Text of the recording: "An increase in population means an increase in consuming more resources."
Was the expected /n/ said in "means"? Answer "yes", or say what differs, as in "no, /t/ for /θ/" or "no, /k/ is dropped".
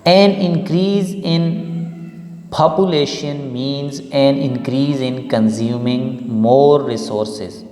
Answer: yes